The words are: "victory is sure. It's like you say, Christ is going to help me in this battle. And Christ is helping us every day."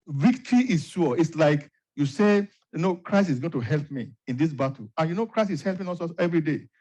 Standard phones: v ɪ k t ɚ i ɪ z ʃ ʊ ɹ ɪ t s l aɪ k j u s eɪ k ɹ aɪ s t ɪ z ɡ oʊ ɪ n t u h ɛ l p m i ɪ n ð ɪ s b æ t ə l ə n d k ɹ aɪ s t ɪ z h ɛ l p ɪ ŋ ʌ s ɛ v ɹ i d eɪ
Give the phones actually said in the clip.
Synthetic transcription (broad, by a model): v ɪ k t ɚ i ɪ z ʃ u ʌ ɪ t s l aɪ k j u s eɪ k ɹ aɪ s t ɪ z ɡ oʊ ɪ n t u h ɛ l p m i ɪ n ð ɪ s b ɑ t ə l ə n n k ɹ aɪ s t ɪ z h ɛ l p ɪ ŋ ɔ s ɛ v ɹ i d eɪ